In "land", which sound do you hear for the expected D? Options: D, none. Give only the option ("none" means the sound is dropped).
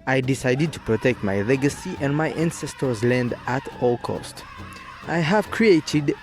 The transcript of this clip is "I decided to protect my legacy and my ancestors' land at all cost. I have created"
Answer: D